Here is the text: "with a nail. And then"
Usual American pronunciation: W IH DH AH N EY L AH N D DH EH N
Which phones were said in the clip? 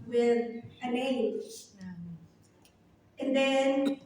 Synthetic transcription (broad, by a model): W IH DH AH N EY N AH N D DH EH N